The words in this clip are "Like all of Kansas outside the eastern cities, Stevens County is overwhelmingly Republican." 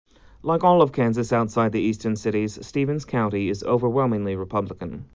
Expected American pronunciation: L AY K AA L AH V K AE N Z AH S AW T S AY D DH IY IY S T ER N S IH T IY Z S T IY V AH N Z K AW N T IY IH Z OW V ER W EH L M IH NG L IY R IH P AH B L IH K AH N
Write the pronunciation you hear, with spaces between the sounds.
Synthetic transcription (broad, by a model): L AY K AA L AH V K AE N Z AH S AW T S AY D DH IY IY S T ER N S IH T IY Z S T IY V AH N Z K AW N T IY IH Z OW V ER W EH L M IH NG L IY R IH P AH B L IH K AH N